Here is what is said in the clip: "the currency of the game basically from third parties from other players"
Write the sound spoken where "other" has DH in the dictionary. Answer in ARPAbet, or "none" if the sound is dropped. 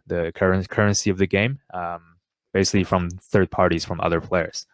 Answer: DH